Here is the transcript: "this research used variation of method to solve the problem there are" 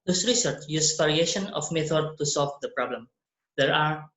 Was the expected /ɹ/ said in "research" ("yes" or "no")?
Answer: yes